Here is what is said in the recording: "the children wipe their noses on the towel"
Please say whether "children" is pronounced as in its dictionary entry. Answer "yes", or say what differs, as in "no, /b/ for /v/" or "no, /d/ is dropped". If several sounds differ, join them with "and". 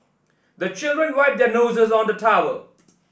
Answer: yes